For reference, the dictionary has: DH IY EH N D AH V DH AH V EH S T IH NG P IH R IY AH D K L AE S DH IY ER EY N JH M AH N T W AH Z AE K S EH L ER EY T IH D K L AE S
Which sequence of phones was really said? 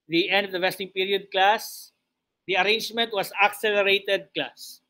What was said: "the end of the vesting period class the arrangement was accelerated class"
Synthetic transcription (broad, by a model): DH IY EH N D AH V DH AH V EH S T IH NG P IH R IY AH D K L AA S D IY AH EY N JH M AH N T W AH S AE K S EH L ER EY T IH D K L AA S